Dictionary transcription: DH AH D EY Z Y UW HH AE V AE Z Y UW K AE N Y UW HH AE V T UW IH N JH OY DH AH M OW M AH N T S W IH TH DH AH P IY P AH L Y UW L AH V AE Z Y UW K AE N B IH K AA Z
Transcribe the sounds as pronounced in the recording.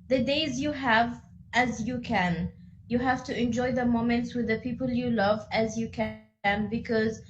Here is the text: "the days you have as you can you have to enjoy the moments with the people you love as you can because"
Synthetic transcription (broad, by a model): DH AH D EY Z Y UW HH AE V AE Z Y UW K AE N Y UW HH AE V T UW IH N JH OY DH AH M OW M AH N T S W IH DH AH P IY P AH L Y UW L AH V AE Z Y UW K AE N B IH K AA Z